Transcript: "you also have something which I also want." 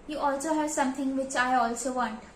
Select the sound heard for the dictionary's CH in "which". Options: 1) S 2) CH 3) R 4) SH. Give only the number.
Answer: 2